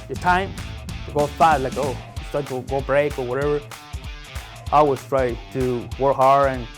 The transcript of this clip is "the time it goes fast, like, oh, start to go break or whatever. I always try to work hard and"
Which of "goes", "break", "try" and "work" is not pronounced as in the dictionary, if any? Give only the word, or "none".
goes